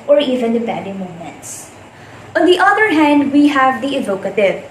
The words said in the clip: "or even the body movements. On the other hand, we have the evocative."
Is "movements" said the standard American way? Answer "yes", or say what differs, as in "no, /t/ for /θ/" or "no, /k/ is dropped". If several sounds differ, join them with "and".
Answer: no, /v/ is dropped